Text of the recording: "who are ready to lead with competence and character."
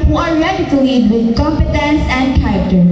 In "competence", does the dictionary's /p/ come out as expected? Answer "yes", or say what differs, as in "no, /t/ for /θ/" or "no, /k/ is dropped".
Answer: yes